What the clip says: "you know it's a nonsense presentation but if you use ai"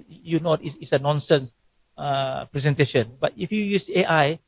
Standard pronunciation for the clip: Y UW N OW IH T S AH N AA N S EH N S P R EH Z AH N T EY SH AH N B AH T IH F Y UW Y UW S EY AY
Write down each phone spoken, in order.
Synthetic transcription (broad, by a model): Y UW N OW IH S S AH N AA N S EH N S P R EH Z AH N T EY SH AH N B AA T IH F Y UW Y UW S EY AY